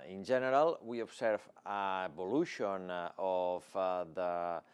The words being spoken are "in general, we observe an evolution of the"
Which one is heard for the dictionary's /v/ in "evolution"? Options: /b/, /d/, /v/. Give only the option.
/b/